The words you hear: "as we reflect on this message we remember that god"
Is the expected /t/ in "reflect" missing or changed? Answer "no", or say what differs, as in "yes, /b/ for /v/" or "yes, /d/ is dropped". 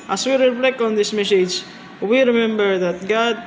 yes, /t/ is dropped